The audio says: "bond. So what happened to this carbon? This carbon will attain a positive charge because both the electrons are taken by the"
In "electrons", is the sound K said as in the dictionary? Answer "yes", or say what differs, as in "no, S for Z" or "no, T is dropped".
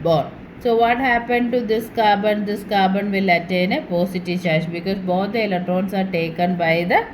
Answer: no, K is dropped